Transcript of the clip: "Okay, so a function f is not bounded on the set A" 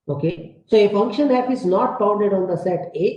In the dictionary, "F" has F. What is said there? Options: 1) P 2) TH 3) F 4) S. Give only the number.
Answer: 1